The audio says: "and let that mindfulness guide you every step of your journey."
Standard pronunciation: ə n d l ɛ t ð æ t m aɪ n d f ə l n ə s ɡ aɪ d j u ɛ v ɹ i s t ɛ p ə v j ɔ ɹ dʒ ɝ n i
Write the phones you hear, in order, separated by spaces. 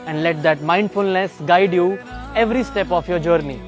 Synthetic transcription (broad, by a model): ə n d l ɛ t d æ t m aɪ n d f ə l n ə s ɡ aɪ d j u ɛ v ɹ i s t ɛ p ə f j ɔ ɹ dʒ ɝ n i